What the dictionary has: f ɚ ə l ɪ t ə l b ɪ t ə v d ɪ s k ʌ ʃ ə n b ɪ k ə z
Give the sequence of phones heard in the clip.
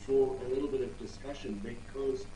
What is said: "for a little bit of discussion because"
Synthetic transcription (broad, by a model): f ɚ ə l ɪ t l b ɪ t ə v d ɪ s k ʌ ʃ ə n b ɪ k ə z